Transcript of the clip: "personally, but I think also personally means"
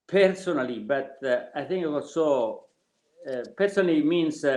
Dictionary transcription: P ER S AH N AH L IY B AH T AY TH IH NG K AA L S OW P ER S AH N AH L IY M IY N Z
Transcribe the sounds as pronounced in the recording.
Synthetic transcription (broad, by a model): P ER S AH N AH L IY B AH T AY TH IH NG K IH W S OW P ER S AH N AH L IY M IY N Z